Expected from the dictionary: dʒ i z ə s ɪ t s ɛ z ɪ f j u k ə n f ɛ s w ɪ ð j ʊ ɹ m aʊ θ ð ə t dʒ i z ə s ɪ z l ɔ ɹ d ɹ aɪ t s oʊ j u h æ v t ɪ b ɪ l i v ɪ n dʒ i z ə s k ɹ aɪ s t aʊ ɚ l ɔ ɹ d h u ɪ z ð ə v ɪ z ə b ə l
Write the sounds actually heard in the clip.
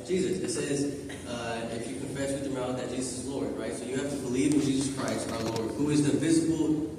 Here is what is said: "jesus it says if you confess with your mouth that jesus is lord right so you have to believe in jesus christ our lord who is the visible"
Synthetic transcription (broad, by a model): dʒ i z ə s ɪ t s ɛ z ɪ f j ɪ k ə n f ɛ s w ɪ ð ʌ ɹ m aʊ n ð ə t ʒ i z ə s ɪ z l ɔ ɹ d ɹ aɪ t s oʊ j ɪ h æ f t ɪ b ɪ l i v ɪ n dʒ i z ə s k ɹ aɪ s t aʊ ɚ l ɔ ɹ d h u ɪ z ð ə v ɪ z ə b l